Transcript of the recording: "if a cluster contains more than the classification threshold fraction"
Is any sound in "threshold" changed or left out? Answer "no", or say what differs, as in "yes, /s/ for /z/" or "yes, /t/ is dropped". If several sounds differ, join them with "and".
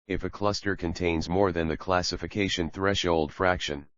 no